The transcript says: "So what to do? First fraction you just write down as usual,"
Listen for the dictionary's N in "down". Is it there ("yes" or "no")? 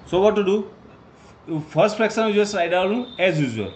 no